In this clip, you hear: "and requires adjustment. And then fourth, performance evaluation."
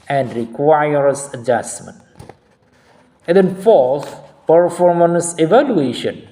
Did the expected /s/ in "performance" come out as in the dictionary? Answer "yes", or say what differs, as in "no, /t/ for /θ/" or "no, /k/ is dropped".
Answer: yes